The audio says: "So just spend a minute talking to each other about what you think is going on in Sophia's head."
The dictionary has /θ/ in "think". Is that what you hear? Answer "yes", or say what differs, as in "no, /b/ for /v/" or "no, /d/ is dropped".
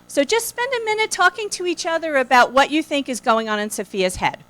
yes